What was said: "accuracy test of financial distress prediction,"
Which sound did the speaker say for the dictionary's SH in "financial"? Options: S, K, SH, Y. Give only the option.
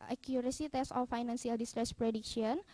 S